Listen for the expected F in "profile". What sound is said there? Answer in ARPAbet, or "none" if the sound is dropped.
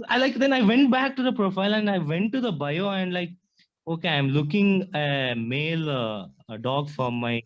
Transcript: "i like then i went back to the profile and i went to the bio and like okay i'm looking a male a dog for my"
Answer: F